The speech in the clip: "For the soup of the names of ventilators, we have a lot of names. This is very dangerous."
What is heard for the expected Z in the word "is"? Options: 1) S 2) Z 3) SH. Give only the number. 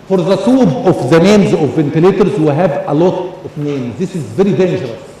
2